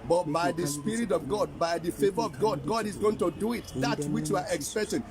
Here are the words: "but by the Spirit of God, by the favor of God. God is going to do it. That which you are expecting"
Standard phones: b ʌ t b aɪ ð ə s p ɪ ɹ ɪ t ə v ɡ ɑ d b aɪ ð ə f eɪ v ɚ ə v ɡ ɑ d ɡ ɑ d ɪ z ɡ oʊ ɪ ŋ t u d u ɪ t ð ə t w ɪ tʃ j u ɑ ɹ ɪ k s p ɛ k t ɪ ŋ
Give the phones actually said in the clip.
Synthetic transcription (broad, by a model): b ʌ t b aɪ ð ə s p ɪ ɹ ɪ t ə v ɡ ɑ d b aɪ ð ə f eɪ v ɚ ə v ɡ ɑ d ɡ ɑ d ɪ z ɡ oʊ ɪ ŋ t u d u ɪ t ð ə t w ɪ tʃ j u ɑ ɹ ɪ k s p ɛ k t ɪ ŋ